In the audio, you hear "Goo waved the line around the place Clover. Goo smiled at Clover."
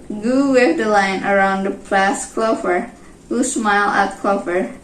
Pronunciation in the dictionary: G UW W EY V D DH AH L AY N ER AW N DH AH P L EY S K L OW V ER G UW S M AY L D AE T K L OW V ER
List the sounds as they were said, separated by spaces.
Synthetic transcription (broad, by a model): G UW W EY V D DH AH L AY N ER AW N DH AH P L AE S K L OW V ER G UW S M AY L AE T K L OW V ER